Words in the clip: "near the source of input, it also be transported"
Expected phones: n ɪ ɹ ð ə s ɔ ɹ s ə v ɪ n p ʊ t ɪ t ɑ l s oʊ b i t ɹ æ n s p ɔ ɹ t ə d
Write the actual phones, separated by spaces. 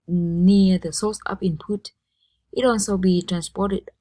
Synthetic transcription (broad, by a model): n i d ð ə s ɔ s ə p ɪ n p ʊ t ɪ t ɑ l s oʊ b i t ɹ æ n s p ɔ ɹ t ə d